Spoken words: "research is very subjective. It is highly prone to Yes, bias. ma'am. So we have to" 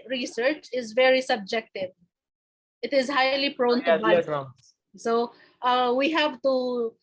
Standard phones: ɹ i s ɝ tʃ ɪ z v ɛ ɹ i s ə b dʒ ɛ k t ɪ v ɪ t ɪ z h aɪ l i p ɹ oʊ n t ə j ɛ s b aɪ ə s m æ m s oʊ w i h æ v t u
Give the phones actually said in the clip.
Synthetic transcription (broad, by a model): ɹ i s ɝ tʃ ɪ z v ɛ ɹ i s ə b dʒ ɛ k t ɪ v ɪ t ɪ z h aɪ l i p ɹ oʊ n t ə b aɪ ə s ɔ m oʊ w i h æ v t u